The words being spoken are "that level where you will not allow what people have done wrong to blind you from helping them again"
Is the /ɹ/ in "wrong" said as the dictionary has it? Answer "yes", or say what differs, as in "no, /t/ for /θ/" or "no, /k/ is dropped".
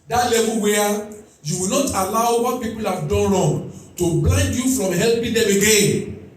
no, /l/ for /ɹ/